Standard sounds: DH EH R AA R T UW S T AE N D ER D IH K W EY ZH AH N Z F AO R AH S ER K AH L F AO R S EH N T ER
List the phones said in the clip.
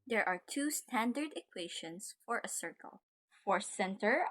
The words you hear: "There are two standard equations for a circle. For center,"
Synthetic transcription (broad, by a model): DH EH R AA R T UW S T AE N D ER D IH K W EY SH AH N S F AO R AH S ER K AH L F AO R S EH N T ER